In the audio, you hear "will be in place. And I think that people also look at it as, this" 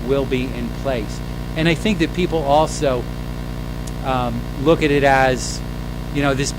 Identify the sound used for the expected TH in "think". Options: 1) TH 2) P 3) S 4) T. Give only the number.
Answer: 1